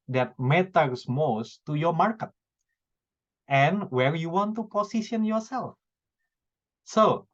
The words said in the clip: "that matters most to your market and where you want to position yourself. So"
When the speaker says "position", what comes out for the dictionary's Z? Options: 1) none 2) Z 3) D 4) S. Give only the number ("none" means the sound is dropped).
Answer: 4